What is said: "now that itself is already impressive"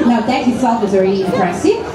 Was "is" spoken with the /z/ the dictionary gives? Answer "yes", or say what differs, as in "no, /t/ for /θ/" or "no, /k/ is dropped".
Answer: yes